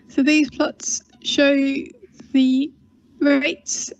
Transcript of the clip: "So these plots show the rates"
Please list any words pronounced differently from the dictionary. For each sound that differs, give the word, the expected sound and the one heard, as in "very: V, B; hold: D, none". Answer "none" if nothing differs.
none